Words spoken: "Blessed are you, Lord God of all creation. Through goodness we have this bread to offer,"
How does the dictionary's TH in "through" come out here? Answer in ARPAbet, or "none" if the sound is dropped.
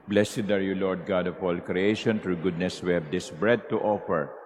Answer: T